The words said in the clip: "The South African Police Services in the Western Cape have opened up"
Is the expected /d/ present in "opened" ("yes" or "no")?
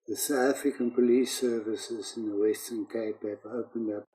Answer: yes